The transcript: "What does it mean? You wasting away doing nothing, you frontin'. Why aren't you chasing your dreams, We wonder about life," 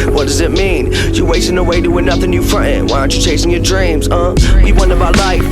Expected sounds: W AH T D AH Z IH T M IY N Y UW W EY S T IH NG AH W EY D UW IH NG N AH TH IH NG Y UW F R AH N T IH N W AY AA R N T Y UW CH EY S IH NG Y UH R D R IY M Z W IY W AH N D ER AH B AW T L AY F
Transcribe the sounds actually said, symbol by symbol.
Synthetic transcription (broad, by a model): W AH T D AH Z IH T M IY N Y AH W EY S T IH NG AH W EY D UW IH N AH TH IH NG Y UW F R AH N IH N W AY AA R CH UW CH EY S IH NG Y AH R D R IY M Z W IY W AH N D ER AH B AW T L AY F